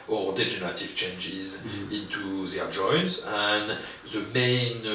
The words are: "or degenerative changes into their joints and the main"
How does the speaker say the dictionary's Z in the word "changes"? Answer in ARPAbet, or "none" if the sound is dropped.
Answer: Z